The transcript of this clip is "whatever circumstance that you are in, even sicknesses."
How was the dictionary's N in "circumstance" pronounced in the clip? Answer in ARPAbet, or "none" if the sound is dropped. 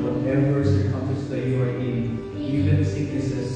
none